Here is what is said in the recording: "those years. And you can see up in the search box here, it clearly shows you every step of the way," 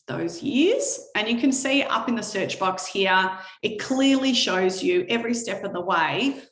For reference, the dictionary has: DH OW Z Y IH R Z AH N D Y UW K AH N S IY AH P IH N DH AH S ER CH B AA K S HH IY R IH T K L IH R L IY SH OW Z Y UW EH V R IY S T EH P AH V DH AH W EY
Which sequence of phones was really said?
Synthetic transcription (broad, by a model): DH OW Z Y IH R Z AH N Y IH K AH N S IY AH P IH N DH AH S ER CH B AA K S HH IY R IH T K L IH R L IY SH OW Z Y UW EH V R IY S T EH P AH V DH AH W EY